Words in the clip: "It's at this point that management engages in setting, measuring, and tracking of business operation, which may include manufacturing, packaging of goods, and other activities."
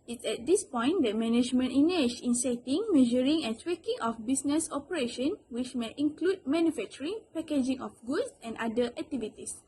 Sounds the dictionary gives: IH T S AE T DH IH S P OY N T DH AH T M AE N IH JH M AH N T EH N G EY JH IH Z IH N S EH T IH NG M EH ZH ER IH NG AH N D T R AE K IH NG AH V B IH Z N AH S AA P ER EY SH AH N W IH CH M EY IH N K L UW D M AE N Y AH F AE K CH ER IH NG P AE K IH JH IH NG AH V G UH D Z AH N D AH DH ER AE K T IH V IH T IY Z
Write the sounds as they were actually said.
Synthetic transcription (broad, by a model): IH T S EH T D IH S P OY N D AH T M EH N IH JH M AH N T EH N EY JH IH N S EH T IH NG M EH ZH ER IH NG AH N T W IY K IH NG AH F B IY S N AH S AA P ER EY SH AH N W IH CH M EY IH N K L UW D M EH N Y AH F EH K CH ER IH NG P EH K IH JH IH NG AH F G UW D S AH N D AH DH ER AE K T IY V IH T IY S